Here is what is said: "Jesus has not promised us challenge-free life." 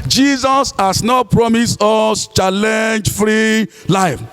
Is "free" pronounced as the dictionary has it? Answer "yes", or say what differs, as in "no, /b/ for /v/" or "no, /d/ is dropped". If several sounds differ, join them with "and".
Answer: yes